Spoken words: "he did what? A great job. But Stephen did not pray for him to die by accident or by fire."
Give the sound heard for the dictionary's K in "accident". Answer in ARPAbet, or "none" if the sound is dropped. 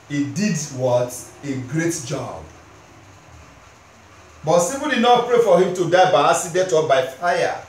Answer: none